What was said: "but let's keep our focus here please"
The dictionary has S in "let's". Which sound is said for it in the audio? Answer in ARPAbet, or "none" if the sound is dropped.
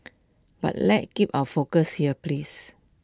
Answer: none